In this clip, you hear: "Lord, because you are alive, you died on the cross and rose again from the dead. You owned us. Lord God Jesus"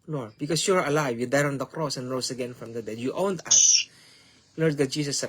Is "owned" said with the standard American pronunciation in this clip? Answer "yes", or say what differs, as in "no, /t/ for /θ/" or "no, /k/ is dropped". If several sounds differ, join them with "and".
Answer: yes